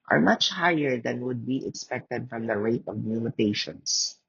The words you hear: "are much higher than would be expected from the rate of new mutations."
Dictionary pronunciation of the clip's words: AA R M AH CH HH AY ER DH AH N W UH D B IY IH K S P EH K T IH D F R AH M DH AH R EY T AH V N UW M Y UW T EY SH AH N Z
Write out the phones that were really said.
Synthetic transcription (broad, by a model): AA R M AH CH HH AY ER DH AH N W UH D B IY IH K S P EH K T IH D F R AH M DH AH R EY T AH V L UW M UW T EY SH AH N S